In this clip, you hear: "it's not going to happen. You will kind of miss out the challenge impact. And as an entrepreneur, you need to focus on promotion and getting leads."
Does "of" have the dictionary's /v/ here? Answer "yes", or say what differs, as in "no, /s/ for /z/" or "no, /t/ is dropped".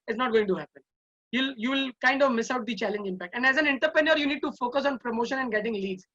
yes